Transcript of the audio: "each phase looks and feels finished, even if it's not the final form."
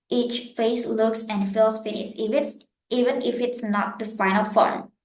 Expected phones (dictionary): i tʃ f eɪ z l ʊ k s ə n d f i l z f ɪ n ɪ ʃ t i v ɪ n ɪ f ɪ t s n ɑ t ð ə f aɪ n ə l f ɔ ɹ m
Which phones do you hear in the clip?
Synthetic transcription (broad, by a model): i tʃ f eɪ s l ʊ k s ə n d f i l s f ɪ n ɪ s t i v ɪ n ɪ f ɪ t s n ɑ t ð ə f aɪ n ə l f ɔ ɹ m